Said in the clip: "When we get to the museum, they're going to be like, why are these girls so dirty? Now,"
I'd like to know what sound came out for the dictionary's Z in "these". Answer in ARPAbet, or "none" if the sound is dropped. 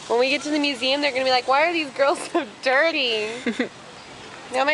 Z